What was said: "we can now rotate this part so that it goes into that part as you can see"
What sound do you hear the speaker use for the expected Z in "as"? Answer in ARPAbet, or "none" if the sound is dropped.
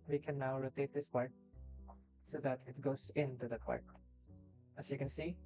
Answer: S